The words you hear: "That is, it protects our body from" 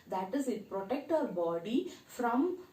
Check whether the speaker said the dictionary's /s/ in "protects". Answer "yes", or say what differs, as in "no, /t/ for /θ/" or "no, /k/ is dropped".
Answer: no, /s/ is dropped